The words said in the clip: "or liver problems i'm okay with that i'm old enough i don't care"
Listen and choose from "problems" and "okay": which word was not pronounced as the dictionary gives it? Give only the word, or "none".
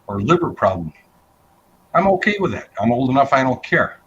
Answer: problems